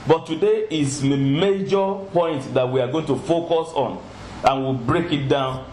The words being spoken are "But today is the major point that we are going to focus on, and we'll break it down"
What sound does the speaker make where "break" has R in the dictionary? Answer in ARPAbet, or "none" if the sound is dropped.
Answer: R